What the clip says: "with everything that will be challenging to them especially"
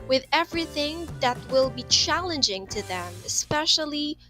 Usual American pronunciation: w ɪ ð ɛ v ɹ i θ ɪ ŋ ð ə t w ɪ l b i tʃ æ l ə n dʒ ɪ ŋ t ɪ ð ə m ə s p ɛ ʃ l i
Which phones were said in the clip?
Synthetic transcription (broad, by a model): w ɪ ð ɛ v ɹ i θ ɪ ŋ ð ə t w ɪ l b i tʃ æ l ə n dʒ ɪ ŋ t ɪ ð ə m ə s p ɛ ʃ l i